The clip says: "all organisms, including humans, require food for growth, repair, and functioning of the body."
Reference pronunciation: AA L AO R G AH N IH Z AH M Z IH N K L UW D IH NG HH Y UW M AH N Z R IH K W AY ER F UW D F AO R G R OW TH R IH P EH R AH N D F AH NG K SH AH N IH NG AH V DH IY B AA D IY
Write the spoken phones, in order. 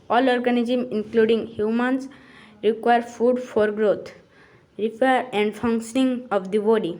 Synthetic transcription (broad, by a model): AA L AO R G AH N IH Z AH M IH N K L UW D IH NG HH Y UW M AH N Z R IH K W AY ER F UW D F AO R G R OW T R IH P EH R AH N D F AH NG K SH AH N IH NG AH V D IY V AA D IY